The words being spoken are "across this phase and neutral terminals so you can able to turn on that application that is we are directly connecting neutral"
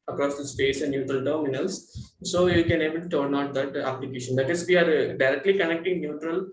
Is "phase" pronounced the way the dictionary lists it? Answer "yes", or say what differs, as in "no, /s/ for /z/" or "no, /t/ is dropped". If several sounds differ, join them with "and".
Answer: no, /p/ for /f/ and /s/ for /z/